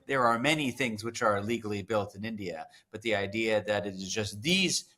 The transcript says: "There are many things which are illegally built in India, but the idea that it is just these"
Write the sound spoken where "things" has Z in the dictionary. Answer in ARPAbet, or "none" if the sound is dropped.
Z